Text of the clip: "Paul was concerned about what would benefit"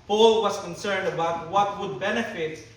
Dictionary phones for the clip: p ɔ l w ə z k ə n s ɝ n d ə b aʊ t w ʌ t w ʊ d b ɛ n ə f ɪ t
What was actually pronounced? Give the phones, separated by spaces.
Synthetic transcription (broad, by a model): p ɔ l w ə s k ə n s ɝ n d ə b aʊ t w ʌ t w ʊ d b ɛ n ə f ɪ t